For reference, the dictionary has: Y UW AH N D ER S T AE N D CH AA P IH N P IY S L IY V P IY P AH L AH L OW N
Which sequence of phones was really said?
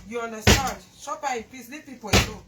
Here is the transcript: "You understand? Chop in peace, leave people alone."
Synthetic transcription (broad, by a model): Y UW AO N D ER S T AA N D SH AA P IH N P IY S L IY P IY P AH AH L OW